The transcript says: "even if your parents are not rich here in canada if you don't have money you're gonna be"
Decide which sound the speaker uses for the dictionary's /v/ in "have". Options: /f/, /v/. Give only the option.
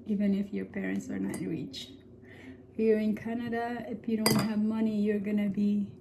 /v/